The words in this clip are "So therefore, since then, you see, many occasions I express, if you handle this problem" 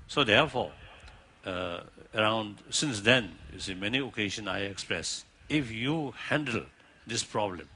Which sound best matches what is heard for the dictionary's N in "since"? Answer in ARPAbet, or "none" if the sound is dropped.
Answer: N